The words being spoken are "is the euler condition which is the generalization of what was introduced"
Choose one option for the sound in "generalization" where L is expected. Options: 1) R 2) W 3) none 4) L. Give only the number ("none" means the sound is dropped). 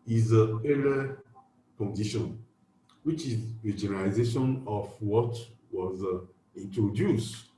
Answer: 3